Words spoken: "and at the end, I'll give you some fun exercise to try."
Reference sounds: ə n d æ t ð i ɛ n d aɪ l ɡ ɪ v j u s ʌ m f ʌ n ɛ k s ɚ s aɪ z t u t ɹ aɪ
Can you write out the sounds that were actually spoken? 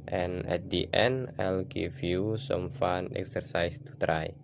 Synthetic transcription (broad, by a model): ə n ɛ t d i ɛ n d aɪ l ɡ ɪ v j u s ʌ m f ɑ n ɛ k s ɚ s aɪ s t u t ɹ aɪ